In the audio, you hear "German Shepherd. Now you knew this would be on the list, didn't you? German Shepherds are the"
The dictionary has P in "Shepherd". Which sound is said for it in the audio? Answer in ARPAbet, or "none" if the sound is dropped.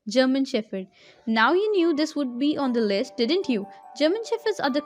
F